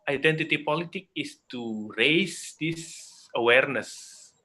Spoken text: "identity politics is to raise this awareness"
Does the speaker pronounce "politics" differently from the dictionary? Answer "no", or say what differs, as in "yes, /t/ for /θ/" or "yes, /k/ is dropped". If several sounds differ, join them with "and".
yes, /s/ is dropped